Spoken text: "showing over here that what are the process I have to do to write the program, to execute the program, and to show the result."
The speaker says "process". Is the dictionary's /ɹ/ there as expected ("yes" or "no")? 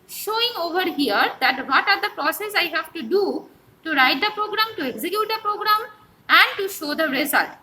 yes